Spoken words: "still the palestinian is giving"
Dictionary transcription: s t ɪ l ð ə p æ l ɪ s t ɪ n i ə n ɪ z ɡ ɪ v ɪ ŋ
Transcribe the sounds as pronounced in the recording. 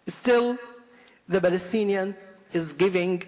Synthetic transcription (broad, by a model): s t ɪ l ð ə b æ l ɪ s t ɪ n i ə n ɪ z ɡ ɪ v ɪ ŋ